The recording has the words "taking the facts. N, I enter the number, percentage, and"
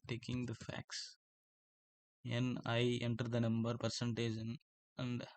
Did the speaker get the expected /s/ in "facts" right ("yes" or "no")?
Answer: yes